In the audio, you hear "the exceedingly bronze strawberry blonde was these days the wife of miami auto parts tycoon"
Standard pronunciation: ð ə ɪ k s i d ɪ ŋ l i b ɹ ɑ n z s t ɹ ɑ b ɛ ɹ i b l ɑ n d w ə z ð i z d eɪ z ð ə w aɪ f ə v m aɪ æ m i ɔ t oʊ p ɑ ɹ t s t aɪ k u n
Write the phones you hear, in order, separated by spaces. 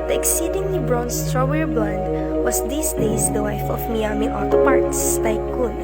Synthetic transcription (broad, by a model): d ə ɪ k s i d ɪ ŋ l i b ɹ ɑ n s t ɹ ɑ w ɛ ɹ b l ɑ n d w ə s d i s d eɪ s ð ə w aɪ f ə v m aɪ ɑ m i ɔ t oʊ p ɑ ɹ t s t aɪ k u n